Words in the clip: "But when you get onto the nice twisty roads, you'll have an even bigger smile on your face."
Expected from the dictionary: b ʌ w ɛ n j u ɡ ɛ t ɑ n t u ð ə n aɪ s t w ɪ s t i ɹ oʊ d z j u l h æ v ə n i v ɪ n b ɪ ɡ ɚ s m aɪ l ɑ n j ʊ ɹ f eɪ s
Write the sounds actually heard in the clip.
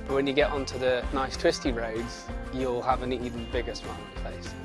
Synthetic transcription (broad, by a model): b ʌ w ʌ n j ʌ ɡ ɛ t ɑ n t u ð ə n aɪ s t w ɪ s t i ɹ oʊ d z j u l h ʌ v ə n i v ɪ n b ɪ ɡ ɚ s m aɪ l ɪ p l eɪ s